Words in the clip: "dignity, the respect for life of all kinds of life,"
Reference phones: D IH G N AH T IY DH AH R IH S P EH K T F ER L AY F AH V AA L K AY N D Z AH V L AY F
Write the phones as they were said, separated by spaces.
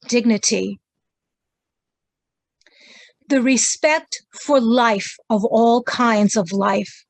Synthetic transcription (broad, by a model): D IH G N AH T IY DH AH R IH S P EH K T F ER L AY F AH V AA L K AY N D Z AH V L AY F